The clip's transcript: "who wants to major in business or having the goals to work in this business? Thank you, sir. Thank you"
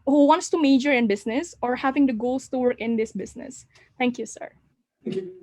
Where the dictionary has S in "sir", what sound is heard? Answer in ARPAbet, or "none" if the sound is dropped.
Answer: S